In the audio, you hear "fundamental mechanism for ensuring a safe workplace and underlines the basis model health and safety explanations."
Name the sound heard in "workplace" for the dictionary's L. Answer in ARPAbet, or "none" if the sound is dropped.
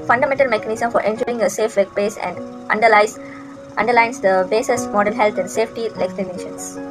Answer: none